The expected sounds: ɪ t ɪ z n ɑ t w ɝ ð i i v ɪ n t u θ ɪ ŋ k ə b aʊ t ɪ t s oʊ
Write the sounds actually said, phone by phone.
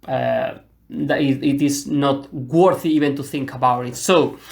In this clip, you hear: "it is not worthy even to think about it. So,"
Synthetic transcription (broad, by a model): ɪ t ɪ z n ɑ t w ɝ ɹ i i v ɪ n t u θ ɪ ŋ k ə b aʊ t ɪ t s oʊ